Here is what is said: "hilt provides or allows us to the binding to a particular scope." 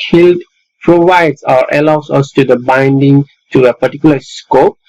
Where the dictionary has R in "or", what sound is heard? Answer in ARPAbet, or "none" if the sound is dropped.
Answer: R